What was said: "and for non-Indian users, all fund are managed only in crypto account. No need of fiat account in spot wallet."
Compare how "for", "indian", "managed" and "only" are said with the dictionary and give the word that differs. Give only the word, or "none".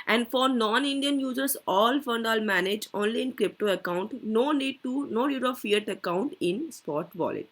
managed